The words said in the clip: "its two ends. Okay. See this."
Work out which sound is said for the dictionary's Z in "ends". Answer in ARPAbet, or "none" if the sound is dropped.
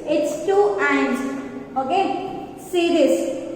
none